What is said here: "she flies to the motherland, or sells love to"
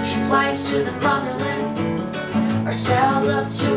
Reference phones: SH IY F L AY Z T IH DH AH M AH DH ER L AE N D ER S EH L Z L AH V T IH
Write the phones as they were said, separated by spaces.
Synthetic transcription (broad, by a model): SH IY P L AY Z T IH DH AH M AH DH ER L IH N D ER S EH L Z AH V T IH